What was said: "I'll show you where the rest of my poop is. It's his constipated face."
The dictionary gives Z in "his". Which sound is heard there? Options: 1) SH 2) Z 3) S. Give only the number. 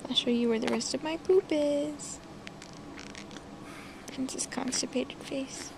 3